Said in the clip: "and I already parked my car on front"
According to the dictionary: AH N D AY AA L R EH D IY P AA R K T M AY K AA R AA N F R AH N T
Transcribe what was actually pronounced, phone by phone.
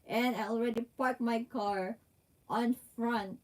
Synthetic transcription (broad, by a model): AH N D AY AA L R EH D IY P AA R T M AY K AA R AA N F R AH N T